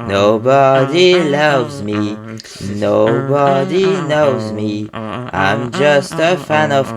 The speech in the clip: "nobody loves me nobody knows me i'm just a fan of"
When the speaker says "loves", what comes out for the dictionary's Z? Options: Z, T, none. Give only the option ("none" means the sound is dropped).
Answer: Z